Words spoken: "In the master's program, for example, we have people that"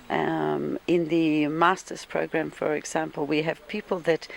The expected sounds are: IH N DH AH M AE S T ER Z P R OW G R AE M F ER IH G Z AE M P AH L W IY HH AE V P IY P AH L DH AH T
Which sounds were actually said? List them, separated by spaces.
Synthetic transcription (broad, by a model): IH N DH AH M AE S T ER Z P R OW G R AE M F ER IH G Z AE M P AH L W IY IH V P IY P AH L DH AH T